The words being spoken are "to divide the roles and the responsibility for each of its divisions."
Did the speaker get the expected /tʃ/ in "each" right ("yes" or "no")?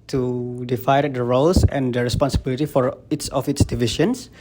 no